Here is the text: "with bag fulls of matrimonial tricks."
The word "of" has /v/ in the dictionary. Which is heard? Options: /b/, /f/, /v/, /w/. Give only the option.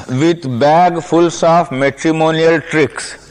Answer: /f/